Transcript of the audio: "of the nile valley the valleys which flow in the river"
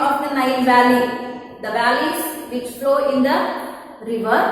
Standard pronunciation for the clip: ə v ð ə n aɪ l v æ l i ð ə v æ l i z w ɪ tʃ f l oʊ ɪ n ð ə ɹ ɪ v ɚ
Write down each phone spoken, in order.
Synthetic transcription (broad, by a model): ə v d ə n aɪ n v æ l i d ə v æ l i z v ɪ tʃ f l oʊ ɪ n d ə ɹ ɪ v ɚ